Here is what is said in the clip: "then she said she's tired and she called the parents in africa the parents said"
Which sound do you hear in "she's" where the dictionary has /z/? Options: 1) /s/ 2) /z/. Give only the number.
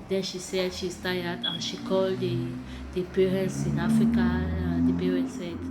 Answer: 1